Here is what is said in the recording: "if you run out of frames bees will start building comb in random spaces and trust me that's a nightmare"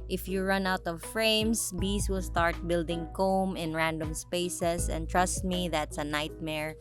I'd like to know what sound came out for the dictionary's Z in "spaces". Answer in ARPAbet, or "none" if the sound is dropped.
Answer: S